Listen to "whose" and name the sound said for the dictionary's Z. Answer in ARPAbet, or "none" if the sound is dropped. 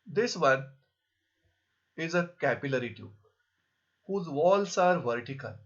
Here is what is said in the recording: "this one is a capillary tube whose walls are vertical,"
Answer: Z